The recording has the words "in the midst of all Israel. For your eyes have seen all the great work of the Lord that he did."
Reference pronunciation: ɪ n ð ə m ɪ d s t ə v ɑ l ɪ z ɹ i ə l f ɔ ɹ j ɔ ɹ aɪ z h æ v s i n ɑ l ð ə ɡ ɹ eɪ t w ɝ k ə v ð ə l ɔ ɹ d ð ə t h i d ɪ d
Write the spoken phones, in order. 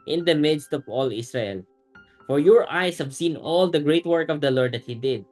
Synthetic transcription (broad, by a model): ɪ n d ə m ɪ d s t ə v ɑ l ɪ s ɹ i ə l f ɔ ɹ j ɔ ɹ aɪ s h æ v s i n ɑ l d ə ɡ ɹ eɪ t w ɝ k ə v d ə l ɔ ɹ d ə t h i d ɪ d